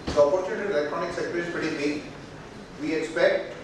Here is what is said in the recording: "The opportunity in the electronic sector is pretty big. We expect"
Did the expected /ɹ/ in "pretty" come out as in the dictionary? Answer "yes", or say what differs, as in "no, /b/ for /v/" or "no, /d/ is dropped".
no, /ɹ/ is dropped